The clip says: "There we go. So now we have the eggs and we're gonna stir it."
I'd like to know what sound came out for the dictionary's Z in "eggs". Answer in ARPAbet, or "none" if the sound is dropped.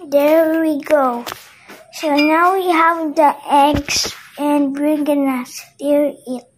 S